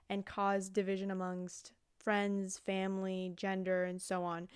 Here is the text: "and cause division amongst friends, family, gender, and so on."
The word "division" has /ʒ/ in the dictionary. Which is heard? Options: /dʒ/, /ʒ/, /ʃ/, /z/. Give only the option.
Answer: /ʒ/